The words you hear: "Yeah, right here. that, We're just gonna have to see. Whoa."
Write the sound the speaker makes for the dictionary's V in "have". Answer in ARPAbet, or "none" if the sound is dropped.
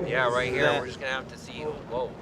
F